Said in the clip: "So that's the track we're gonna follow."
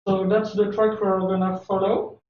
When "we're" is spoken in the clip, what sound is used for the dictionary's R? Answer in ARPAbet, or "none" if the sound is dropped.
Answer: L